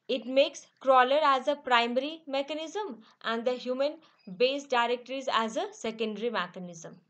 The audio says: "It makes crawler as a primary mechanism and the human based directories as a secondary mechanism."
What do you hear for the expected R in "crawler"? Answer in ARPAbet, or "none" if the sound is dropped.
R